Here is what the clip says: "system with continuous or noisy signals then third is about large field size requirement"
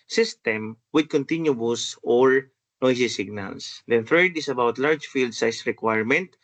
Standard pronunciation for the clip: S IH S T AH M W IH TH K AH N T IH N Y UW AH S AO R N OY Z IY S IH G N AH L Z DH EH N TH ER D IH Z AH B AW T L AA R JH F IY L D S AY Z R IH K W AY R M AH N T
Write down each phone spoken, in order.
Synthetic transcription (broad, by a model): S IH S T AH M W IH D K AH N T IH N Y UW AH S AO R N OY S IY S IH G N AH L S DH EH N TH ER D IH S AH B AW T L AA R JH F IY L D S AY S R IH K W AY R M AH N T